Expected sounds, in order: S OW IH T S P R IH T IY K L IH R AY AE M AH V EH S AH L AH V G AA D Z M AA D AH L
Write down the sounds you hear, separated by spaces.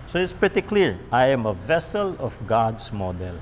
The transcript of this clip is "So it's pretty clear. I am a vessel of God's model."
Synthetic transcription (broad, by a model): S OW IH T S P R IH T IY K L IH R AY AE M AH V EH S AH L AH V G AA D S M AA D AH L